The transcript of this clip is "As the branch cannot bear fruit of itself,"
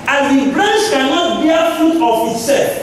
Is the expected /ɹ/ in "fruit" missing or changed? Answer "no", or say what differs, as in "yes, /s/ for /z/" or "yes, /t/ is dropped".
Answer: yes, /ɹ/ is dropped